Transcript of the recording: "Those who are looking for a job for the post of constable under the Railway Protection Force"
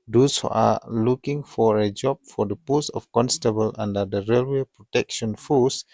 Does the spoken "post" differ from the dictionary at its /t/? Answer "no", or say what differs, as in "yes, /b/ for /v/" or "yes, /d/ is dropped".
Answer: yes, /t/ is dropped